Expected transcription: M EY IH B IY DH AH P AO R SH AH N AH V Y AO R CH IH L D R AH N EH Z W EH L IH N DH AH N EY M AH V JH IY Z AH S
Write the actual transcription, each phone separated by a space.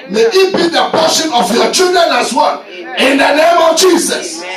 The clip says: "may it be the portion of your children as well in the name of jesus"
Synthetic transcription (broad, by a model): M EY IH B IY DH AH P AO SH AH N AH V Y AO CH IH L D R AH N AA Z W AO N IH N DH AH N EY M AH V JH IY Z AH S